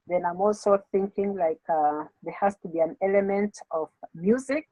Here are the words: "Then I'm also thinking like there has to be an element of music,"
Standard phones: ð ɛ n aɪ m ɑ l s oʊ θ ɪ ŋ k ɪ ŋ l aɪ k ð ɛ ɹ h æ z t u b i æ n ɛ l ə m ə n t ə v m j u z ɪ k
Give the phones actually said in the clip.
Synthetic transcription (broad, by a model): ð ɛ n aɪ m ɑ l s oʊ θ ɪ ŋ k ɪ ŋ l aɪ k ð ɛ ɹ h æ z t u b i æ n ɛ l ə m ə n t ə v m j u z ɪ k